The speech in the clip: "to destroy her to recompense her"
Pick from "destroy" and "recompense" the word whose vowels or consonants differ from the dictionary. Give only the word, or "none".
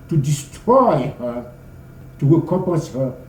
recompense